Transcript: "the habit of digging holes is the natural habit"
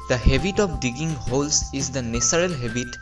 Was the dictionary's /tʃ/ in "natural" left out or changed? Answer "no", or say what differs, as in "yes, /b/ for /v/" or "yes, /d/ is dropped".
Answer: yes, /s/ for /tʃ/